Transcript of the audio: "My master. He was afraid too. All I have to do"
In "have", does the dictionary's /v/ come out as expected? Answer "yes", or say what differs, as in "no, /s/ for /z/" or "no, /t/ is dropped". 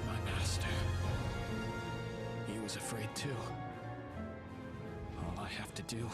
no, /f/ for /v/